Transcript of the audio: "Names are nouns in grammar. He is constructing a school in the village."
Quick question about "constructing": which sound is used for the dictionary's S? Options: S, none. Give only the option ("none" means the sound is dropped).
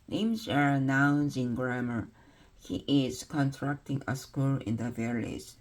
none